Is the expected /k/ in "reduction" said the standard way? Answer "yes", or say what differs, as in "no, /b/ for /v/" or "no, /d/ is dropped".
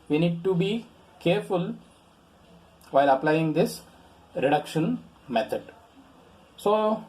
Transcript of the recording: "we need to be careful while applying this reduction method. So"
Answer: yes